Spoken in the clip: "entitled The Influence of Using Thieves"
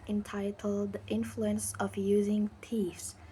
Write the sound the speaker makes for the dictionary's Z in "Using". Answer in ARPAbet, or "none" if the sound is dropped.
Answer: Z